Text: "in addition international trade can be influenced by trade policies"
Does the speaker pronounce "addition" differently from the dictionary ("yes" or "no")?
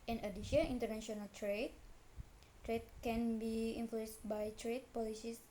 yes